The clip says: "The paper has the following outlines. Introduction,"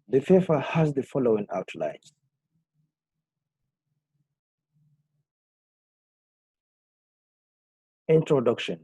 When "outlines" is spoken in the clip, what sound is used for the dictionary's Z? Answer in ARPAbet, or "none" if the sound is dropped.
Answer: none